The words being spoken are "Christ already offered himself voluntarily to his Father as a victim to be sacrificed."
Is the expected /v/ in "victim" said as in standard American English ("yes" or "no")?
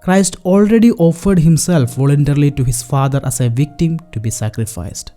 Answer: yes